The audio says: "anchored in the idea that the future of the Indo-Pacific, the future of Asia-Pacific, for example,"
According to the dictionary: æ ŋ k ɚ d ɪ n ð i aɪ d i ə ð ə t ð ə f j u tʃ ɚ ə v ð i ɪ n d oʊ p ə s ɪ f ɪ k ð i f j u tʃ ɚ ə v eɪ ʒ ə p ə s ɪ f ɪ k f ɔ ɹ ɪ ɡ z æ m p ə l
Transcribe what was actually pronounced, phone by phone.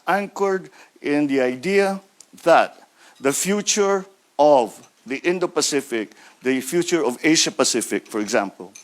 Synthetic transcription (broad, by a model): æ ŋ k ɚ d ɪ n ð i aɪ d i ə ð ə t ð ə f j u tʃ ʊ ə v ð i ɪ n d oʊ p ə s ɪ f ɪ k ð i f j u tʃ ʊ ə v eɪ ʃ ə p ə s ɪ f ɪ k f ɔ ɹ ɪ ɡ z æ m p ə l